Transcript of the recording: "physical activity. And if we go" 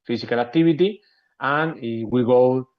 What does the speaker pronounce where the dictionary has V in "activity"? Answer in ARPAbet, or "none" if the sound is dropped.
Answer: B